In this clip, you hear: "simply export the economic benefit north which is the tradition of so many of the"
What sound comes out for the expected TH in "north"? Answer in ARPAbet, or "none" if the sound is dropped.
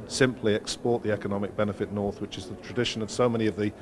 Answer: TH